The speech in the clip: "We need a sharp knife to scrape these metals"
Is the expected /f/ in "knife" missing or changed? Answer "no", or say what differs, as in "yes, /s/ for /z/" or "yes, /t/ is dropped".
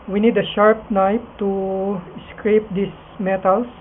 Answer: yes, /p/ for /f/